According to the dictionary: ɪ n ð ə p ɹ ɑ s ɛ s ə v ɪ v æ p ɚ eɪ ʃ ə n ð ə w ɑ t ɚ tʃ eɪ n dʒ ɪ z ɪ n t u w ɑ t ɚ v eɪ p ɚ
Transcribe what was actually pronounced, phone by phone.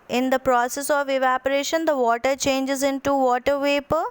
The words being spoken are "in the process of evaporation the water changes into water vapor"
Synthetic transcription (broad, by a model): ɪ n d ə p ɹ ɑ s ɛ s ə v ɪ v æ p ɚ eɪ ʃ ə n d ə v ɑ t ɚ tʃ eɪ n dʒ ɪ z ɪ n t u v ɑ t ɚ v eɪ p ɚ